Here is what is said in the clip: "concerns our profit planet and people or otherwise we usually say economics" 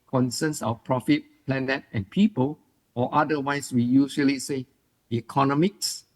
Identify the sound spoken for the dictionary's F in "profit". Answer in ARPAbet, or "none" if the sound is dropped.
F